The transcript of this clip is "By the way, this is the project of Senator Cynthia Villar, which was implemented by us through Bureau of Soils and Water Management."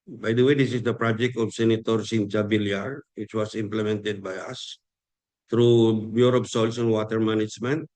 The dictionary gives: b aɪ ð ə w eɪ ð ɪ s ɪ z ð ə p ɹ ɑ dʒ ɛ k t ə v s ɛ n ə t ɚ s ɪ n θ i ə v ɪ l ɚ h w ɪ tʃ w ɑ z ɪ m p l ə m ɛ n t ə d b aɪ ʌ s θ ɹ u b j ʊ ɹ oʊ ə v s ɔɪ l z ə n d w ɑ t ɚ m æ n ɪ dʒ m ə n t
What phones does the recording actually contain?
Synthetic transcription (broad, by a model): b aɪ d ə w eɪ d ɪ s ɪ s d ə p ɹ ɑ dʒ ɛ k t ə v s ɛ n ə t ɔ s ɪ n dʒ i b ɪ l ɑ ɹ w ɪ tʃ w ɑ s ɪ m p l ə m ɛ n t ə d b aɪ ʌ s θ ɹ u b j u ɹ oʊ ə p s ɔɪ l s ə n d w ɑ t ɚ m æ n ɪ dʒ m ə n t